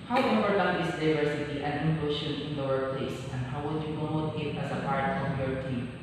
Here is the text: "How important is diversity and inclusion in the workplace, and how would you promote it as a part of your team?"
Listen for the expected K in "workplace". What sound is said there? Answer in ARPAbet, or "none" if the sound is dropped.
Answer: none